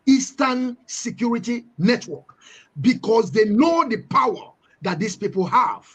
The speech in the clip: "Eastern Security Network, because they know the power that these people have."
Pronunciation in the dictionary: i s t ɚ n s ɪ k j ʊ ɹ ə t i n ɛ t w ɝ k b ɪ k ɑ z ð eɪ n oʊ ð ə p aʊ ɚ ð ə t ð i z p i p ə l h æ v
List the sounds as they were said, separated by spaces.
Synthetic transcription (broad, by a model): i s t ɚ n s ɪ k j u ɹ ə t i n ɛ t w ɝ k b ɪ k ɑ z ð eɪ n oʊ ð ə p aʊ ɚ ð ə t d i s p i p ə l h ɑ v